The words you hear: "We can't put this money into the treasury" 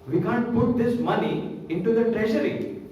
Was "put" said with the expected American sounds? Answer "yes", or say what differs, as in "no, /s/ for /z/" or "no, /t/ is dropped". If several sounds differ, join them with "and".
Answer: yes